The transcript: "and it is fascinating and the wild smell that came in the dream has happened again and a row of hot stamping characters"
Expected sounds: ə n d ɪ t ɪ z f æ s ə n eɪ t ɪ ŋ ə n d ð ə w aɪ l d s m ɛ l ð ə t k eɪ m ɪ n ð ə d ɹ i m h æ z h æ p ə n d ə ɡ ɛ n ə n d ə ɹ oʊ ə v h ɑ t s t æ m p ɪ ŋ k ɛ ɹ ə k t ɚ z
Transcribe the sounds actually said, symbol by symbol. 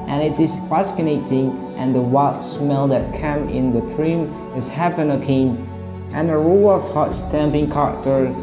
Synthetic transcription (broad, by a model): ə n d ɪ t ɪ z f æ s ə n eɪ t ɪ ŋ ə n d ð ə w aɪ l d s m ɛ l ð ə t k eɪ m ɪ n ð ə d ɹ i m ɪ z h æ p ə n ə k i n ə n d ə ɹ oʊ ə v h ɑ t s t æ m p ɪ ŋ k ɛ ɹ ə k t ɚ